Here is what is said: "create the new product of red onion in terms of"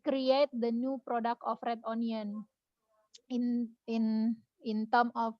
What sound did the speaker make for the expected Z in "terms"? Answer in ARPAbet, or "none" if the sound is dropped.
none